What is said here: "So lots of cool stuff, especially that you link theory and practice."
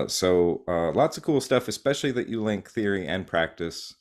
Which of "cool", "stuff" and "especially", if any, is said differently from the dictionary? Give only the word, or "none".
none